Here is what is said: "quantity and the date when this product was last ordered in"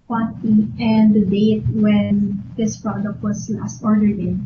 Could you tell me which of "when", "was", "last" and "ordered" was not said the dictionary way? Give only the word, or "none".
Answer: was